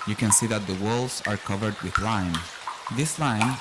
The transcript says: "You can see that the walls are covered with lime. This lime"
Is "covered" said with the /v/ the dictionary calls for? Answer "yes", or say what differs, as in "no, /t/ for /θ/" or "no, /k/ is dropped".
yes